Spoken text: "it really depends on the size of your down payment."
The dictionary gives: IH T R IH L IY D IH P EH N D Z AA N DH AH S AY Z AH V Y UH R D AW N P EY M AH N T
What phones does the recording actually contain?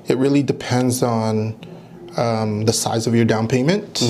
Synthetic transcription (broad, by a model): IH T R IH L IY D IH P EH N D Z N DH AH S AY Z AH V Y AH R D AW N P EY M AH N T